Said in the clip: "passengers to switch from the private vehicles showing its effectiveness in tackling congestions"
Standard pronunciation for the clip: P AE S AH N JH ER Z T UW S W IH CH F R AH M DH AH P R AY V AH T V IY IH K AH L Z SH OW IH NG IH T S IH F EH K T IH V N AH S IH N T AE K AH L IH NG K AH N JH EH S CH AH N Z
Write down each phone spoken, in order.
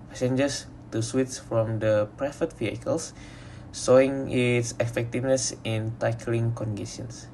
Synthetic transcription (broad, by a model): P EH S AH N JH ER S T UW S W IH S F R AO M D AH P R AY F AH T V IY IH K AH L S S OW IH NG IH T S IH F EH K T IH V N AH S IH N T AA K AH L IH NG K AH N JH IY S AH N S